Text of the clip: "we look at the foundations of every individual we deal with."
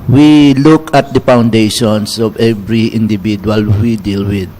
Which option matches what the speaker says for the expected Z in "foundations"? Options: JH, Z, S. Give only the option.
S